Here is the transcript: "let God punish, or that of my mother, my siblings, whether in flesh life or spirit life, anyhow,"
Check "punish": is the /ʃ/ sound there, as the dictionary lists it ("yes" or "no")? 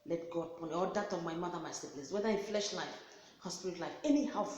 no